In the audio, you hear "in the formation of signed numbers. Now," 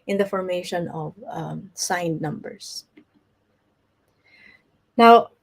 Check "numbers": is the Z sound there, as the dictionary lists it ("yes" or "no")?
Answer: no